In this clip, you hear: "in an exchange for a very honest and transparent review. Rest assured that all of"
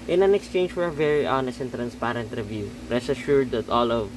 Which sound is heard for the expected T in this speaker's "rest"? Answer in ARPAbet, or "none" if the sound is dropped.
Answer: none